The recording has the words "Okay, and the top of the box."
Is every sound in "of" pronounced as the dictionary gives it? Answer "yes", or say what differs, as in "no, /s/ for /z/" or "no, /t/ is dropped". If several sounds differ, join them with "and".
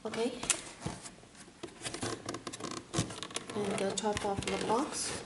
no, /f/ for /v/